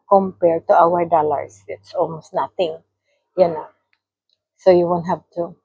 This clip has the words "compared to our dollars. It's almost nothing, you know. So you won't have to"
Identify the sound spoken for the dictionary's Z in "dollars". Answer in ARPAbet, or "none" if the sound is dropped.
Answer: S